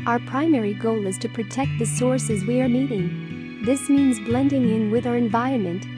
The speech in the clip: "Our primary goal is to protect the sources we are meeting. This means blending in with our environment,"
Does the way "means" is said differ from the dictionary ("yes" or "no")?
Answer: no